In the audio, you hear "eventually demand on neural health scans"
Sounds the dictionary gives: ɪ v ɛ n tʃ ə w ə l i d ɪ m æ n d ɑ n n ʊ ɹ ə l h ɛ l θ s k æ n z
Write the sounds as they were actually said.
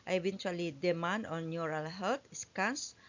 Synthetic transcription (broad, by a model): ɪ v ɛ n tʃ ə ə l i d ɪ m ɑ n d ɑ n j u ɹ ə l h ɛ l t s k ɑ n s